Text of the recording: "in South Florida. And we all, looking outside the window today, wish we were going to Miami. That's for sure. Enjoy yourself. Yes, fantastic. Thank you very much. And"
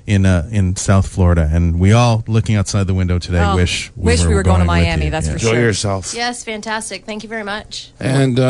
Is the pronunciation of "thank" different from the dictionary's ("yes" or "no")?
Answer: no